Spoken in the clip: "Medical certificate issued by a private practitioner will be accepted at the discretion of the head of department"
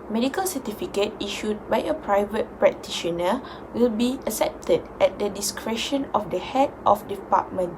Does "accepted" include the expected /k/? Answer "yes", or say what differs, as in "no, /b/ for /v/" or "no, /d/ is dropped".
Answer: no, /k/ is dropped